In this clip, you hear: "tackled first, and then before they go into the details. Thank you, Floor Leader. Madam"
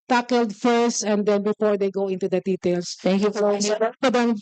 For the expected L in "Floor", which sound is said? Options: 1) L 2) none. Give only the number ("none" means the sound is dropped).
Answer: 2